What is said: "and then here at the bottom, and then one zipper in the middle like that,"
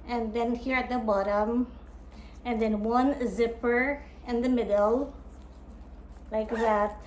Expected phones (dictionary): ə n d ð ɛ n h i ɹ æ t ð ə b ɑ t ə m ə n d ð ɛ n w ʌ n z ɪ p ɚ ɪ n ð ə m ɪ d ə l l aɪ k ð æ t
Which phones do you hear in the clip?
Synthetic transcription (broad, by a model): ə n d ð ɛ n h i ɹ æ t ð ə b ɑ t ə m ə n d ð ɛ n w ʌ n z ɪ p ɚ ɪ n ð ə m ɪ d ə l l aɪ k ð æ t